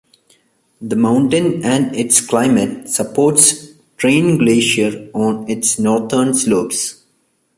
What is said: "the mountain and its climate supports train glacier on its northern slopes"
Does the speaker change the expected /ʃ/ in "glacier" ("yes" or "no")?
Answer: no